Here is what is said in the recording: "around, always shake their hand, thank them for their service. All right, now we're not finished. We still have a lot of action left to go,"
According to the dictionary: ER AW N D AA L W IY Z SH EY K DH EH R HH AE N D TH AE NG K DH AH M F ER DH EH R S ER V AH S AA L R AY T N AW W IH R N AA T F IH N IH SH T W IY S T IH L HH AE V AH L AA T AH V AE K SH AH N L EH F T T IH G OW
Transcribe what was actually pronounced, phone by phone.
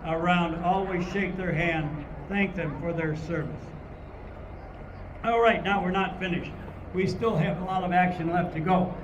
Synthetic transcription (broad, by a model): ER AW N D AA L W IY Z SH EY K DH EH R HH AE N D TH AE NG K DH AH M F ER DH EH R S ER V AH S AA L R AY T N AW W IH R N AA T F IH N IH SH T W IY S T IH L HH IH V AH L AA T AH V AE K SH AH N L EH F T T IH G OW